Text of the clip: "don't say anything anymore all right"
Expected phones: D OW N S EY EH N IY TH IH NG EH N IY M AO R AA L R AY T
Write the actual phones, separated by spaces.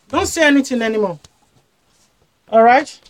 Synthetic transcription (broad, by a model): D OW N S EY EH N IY T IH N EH N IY M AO AA L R AY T